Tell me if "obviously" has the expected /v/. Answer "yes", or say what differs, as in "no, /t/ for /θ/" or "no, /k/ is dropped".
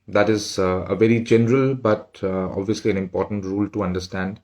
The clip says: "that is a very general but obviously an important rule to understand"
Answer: yes